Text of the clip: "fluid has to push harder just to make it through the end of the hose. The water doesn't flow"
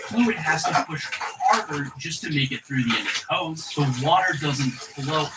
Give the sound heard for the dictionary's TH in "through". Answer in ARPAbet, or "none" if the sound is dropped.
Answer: TH